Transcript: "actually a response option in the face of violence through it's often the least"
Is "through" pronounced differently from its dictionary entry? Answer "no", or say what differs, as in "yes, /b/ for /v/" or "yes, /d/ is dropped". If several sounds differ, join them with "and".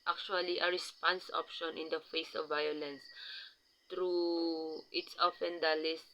yes, /t/ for /θ/